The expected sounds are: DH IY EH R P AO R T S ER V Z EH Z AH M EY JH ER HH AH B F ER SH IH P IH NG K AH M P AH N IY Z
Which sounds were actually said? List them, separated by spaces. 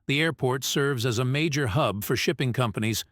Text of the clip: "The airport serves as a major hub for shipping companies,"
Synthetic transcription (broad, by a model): DH IY EH R P AO R T S ER V Z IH Z AH M EY JH ER HH AH B F ER SH IH P IH NG K AH M P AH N IY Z